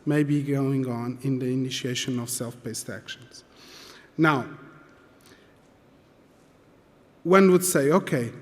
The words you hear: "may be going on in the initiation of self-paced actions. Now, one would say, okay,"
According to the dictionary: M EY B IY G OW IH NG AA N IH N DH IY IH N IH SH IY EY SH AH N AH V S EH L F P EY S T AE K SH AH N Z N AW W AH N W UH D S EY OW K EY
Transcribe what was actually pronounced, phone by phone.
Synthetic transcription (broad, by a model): M EY B IY G OW IH NG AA N IH N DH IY IH N IH SH IY EY SH AH N AH V S EH L F B EY S T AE K SH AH N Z N AW W AH N W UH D S EY OW K EY